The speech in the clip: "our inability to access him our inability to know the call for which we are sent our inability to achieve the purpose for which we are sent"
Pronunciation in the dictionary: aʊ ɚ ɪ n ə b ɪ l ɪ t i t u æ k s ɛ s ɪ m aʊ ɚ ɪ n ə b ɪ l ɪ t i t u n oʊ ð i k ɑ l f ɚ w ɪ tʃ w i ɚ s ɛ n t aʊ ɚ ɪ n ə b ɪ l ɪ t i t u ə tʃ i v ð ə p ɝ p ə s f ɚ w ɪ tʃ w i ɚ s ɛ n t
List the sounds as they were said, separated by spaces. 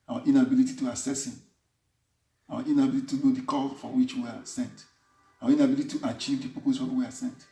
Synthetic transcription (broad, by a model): aʊ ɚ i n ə b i l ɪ t i t u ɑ s ɛ s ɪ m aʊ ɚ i n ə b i l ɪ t i t u n oʊ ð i k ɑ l f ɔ w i tʃ w i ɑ s ɛ n t aʊ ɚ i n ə b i l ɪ t i t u ə tʃ i v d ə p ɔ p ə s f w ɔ w i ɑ s ɛ n t